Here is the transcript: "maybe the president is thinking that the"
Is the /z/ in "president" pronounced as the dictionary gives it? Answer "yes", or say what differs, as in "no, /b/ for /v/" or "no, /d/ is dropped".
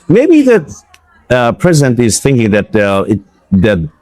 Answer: yes